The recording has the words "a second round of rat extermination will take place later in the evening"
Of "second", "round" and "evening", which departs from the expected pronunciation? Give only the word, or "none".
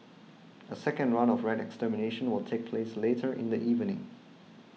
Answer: round